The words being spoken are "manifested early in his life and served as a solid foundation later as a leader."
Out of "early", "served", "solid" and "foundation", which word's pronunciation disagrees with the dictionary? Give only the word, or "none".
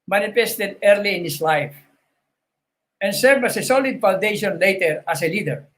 served